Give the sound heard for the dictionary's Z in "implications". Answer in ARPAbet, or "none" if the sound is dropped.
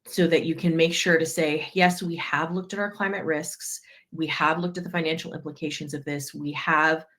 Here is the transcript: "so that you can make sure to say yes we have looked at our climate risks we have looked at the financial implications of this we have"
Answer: Z